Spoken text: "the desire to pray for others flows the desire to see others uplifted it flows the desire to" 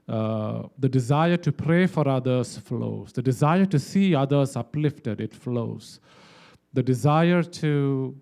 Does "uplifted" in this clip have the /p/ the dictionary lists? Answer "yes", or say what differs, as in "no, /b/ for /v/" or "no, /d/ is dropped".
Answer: yes